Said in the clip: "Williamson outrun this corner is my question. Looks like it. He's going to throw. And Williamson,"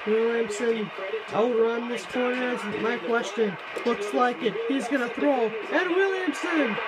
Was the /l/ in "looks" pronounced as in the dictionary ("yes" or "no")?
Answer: yes